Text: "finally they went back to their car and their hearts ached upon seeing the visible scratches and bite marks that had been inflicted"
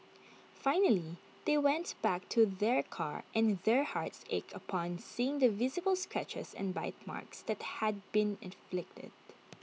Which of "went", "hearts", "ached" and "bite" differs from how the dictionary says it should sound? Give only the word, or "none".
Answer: ached